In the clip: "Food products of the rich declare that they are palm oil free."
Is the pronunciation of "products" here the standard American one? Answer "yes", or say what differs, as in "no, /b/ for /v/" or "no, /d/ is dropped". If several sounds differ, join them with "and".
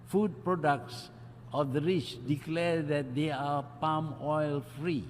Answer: yes